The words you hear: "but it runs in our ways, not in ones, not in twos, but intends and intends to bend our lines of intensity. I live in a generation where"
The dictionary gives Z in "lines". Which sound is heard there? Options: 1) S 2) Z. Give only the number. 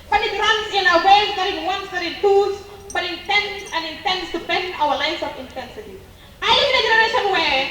1